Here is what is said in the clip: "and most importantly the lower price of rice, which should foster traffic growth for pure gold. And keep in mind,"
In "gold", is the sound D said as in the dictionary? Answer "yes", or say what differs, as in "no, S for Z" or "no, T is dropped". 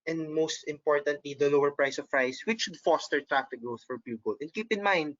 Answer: no, D is dropped